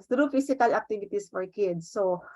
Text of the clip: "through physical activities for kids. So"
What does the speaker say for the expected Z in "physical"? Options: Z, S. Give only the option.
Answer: S